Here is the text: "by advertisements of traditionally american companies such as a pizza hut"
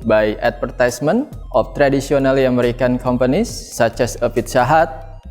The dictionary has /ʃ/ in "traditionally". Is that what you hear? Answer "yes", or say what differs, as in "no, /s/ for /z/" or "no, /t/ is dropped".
no, /s/ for /ʃ/